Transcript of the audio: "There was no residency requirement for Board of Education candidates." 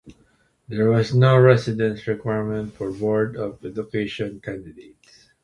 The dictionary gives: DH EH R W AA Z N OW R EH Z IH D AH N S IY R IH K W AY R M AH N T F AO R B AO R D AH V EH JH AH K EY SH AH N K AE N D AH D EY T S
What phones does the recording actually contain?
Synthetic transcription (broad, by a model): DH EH R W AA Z N OW R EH S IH D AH N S R IH K W AY R M AH N T F AO R B AO R D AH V EH JH AH K EY SH AH N K AE N D AH D EY T S